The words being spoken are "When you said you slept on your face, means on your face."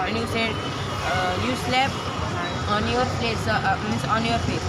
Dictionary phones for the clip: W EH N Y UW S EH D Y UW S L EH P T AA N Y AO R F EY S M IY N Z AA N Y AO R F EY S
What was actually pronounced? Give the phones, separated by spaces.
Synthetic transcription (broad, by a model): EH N Y UW S EH D Y UW S L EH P AA N Y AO R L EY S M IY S AA N Y AO R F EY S